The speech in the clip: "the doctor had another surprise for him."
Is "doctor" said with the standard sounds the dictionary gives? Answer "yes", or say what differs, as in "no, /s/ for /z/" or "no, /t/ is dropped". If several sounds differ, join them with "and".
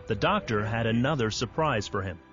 yes